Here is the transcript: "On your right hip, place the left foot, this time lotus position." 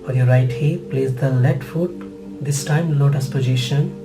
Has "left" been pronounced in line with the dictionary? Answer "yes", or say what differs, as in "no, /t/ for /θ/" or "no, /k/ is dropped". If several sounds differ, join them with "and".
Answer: no, /f/ is dropped